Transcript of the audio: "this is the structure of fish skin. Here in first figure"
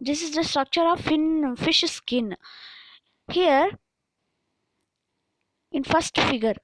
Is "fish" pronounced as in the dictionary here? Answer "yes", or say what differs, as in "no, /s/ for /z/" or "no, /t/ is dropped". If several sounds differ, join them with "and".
yes